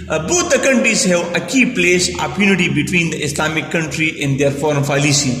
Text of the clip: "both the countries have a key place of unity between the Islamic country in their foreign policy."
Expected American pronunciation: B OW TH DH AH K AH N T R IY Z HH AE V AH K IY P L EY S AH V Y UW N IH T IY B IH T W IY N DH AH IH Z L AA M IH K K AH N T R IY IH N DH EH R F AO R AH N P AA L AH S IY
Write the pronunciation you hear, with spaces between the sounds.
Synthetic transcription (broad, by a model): B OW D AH K AH N T R IY Z HH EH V AH K IY P L EY S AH P Y UW N IH T IY B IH T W IY N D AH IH S L AA M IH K K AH N T R IY IH N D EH R F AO R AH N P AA L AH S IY